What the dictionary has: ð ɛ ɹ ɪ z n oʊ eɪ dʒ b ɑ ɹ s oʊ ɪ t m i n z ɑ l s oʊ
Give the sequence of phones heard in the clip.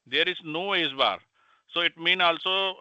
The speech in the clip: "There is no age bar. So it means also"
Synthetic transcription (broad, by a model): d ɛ ɹ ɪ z n oʊ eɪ z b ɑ ɹ s oʊ ɪ t m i n ɑ l s oʊ